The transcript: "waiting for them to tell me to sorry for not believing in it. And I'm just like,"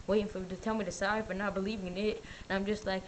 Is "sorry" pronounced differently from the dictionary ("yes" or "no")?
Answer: yes